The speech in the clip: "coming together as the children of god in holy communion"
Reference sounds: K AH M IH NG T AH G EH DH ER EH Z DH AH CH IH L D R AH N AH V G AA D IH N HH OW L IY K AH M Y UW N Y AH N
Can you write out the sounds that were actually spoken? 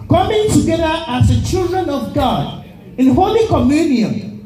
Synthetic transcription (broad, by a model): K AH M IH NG T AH G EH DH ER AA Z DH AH CH IH L D R AH N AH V G AA D IH N HH OW L IY K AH M Y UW N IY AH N